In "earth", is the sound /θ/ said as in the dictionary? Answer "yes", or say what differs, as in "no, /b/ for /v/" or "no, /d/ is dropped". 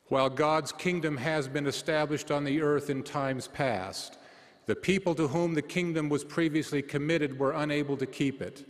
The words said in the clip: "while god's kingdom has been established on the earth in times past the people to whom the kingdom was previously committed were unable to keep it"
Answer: yes